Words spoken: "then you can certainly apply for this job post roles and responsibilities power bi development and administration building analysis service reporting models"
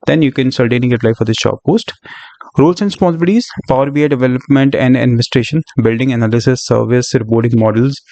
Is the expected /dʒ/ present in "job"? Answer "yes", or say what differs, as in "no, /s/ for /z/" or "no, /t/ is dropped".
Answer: no, /ʃ/ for /dʒ/